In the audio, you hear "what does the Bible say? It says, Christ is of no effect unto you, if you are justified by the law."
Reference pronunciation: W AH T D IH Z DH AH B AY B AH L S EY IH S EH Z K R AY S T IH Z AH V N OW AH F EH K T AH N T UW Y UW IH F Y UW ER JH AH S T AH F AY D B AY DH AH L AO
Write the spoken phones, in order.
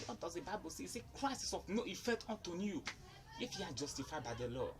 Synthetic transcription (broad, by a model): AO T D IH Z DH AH B AY B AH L S EY IH S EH K R AY S IH S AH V N OW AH F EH T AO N T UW Y UW IH F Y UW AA JH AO S T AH F AY B AY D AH L AO